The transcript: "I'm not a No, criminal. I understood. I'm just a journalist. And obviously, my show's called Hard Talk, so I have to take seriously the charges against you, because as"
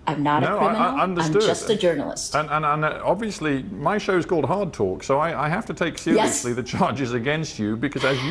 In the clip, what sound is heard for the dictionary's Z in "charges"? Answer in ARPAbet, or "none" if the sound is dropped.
Z